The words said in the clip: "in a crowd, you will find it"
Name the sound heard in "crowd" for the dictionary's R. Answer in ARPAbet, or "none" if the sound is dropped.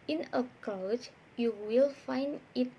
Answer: none